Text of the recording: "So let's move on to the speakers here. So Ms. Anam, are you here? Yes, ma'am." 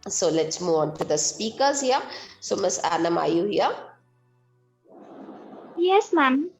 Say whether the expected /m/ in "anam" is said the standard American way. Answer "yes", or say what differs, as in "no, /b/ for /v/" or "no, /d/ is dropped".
yes